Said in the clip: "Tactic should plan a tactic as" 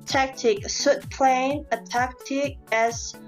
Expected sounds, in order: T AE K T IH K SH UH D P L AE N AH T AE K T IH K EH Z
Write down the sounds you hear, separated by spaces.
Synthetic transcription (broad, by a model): T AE K T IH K S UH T P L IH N AH T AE K T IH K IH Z